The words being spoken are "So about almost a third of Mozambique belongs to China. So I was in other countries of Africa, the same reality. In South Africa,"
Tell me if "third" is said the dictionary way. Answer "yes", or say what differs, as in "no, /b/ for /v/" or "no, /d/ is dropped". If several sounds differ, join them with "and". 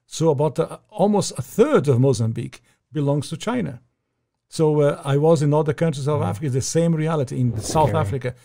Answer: yes